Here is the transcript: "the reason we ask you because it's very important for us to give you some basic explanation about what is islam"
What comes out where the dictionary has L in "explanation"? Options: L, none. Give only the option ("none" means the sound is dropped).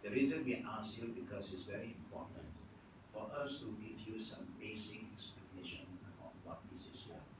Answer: none